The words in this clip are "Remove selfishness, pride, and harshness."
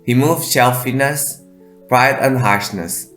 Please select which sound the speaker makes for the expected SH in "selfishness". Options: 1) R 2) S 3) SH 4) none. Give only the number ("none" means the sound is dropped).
4